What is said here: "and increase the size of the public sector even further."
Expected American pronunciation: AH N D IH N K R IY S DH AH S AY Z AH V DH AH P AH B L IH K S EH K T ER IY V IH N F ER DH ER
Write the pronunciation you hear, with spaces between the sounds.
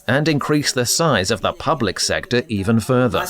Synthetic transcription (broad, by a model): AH N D IH N K R IY S DH AH S AY Z AH V DH AH P AH B L IH K S EH K T ER IY V IH N F ER DH ER